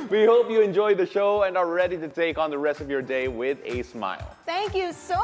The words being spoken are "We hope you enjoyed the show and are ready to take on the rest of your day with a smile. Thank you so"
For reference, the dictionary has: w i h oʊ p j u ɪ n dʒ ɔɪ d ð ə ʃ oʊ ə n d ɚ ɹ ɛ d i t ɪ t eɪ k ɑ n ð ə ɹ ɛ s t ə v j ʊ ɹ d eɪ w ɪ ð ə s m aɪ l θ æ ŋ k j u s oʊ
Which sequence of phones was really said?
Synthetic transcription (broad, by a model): w i h oʊ p j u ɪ n dʒ ɔɪ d ð ə ʃ oʊ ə n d ɚ ɹ ɛ d i t ɪ t eɪ k n ð ə ɹ ɛ s t ə v j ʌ ɹ d eɪ w ɪ ð ə s m aɪ l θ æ ŋ k j u s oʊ